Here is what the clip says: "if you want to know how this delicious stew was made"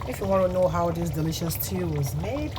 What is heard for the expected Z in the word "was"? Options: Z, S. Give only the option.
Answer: Z